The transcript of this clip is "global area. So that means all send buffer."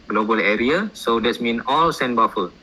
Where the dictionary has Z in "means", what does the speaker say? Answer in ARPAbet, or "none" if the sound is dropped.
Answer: none